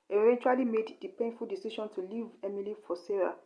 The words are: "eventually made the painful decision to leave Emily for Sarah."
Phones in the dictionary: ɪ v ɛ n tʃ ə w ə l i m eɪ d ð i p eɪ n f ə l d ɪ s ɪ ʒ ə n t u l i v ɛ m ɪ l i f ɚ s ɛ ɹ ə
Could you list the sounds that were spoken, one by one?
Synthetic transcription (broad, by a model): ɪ v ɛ n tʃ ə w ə l i m eɪ d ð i p eɪ n f ə l d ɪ s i ʃ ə n t u l i v ɛ m ɪ l i f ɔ s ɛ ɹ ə